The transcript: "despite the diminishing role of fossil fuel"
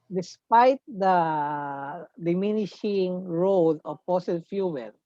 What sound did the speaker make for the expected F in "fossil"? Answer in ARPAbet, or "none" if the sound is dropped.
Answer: P